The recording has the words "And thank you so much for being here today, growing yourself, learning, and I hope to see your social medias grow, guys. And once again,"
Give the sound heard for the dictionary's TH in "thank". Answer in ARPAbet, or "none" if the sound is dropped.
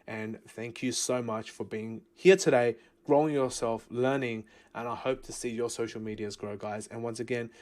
TH